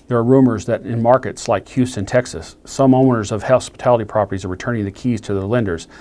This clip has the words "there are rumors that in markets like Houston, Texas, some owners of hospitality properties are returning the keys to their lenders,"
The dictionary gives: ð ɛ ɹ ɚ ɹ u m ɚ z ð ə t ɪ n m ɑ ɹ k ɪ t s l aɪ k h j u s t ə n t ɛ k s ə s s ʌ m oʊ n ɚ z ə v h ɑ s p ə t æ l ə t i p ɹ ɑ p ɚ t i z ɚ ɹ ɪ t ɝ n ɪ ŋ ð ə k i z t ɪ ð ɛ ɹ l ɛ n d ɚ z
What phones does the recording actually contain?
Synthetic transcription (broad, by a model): ð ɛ ɹ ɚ ɹ u m ɚ z ð ə t ɪ n m ɑ ɹ k ɪ t s l aɪ k h j u s t ə n t ɛ k s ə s s ʌ m oʊ n ɚ z ə v h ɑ s p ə t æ l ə t i p ɹ ɑ p ɚ t i z ɚ ɹ ɪ t ɝ n ɪ ŋ ð ə k i z t ɪ ð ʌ l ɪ n d ɚ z